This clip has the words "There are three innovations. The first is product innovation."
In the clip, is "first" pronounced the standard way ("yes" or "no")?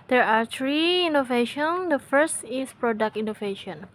yes